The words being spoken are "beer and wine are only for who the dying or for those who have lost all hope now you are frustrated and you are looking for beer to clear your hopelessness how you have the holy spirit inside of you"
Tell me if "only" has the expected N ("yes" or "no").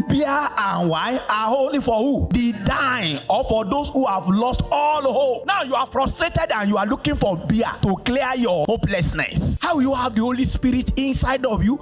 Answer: no